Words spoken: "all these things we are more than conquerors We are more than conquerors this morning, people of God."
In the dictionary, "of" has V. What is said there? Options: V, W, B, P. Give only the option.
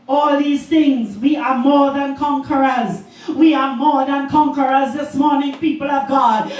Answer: V